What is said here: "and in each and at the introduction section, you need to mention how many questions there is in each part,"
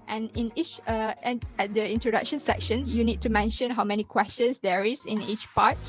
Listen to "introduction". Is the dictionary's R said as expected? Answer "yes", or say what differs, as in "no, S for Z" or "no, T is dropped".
yes